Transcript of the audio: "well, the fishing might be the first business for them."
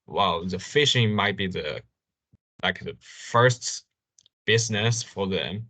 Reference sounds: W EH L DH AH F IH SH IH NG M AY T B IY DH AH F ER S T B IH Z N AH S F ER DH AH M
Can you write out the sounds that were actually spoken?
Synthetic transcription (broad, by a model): W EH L DH AH F IH SH IH NG M AY T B IY DH AH F ER S T B IH Z N AH S F ER DH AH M